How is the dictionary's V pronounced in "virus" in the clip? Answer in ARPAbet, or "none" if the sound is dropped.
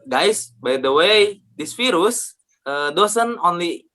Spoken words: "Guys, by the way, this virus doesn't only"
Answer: F